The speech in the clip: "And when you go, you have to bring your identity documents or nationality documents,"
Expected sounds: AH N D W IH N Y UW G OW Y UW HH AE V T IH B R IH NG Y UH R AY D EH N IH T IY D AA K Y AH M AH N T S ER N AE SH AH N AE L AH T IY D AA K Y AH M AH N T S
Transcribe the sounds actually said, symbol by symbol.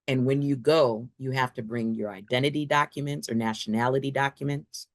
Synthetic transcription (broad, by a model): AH N W IH N Y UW G OW Y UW HH AE F T IH B R IH NG Y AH R AY D EH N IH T IY D AA K Y AH M AH N T S ER N AE SH AH N AE L AH T IY D AA K Y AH M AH N T S